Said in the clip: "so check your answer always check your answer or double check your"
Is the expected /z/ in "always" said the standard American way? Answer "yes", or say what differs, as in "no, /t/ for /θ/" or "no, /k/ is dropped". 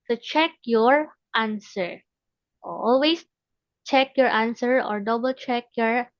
no, /s/ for /z/